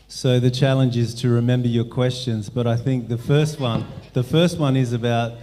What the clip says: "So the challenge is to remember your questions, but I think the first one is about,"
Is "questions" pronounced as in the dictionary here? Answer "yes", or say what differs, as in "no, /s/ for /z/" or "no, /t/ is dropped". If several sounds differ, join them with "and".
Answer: yes